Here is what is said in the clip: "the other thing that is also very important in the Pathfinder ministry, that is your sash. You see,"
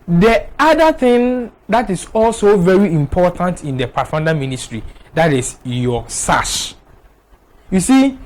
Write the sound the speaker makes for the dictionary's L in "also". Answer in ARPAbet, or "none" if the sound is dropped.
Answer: L